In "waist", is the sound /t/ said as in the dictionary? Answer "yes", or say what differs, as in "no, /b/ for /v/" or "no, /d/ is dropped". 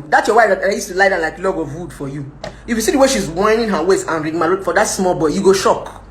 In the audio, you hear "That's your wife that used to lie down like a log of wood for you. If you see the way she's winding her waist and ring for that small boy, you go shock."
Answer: no, /t/ is dropped